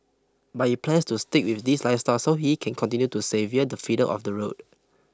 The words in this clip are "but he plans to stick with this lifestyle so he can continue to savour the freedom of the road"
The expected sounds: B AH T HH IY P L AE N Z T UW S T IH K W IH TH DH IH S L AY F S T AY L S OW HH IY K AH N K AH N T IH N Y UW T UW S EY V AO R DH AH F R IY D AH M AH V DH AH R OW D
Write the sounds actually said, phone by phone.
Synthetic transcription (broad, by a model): B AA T HH IY P L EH N S T UW S T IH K W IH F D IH S L AY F S T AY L S OW HH IY K AH N K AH N T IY N Y UW T UW S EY V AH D AH F IY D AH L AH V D AH R OW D